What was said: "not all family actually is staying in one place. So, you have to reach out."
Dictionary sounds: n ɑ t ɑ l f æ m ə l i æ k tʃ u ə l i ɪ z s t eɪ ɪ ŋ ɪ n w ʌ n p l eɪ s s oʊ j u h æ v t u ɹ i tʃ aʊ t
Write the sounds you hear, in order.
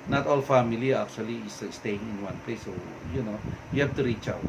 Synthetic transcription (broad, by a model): n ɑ t ɑ l f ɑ m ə l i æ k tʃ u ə l i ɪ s s t eɪ ɪ ŋ ɪ n w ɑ n p l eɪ s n oʊ j u h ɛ f t u ɹ i tʃ aʊ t